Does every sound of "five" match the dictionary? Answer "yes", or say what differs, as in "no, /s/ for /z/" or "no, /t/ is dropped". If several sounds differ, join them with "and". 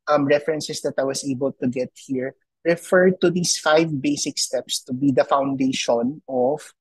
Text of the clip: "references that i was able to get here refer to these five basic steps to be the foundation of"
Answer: yes